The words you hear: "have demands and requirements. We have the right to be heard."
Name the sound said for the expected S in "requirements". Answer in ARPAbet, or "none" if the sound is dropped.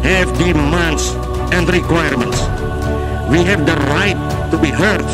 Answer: S